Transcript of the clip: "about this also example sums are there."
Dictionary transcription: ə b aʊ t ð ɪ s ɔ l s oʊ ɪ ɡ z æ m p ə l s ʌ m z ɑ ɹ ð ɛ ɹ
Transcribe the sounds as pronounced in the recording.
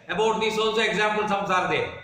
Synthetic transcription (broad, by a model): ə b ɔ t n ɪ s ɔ n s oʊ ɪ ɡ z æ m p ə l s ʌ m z ɑ ɹ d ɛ